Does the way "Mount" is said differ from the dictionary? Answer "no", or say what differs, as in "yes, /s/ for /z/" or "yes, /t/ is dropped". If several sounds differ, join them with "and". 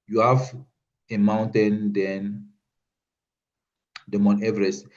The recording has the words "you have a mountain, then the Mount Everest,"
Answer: yes, /t/ is dropped